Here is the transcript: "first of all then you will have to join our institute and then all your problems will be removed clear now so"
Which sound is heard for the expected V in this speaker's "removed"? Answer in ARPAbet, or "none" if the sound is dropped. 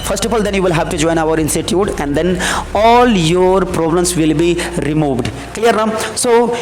V